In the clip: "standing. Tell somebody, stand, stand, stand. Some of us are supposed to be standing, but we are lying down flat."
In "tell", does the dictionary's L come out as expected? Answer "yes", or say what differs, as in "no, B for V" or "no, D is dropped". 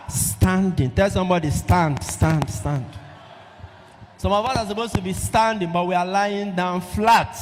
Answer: yes